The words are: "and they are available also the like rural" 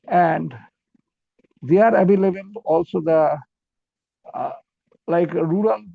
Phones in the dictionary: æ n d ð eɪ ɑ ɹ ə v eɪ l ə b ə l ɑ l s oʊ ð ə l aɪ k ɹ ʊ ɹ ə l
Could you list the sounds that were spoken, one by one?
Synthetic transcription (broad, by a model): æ n d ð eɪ ɑ ɹ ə b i l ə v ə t ɑ l s oʊ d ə l aɪ k ɹ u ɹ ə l